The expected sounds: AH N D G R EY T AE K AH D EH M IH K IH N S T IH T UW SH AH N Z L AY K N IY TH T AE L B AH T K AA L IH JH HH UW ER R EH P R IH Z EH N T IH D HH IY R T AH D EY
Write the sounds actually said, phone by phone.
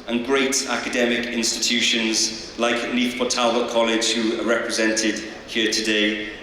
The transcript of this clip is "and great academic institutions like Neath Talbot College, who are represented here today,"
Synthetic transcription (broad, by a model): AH N G R EY T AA K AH D EH M IH K IH N S T IH T UW SH AH N Z L AY K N IY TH T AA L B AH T K AA L IH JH HH UW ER R EH P R IH Z EH N T IH D HH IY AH T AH D EY